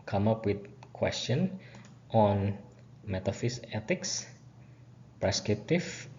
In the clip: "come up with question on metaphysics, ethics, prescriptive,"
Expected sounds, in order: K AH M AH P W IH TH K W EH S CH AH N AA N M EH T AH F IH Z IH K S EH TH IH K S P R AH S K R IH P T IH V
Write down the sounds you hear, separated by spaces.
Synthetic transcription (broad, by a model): K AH M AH P W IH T K W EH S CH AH N AA N M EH T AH F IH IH S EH T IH K S P R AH S K R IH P T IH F